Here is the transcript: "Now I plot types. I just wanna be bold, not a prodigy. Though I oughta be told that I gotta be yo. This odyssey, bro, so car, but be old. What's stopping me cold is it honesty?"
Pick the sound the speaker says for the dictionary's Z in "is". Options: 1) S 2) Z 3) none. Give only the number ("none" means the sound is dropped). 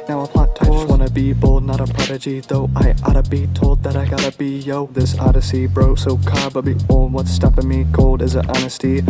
2